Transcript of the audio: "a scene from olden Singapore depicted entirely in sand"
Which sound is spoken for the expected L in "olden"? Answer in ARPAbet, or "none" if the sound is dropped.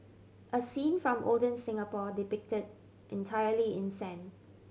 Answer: L